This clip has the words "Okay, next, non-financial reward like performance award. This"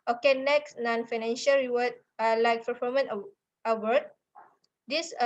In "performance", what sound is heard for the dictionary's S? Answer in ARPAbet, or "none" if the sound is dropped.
none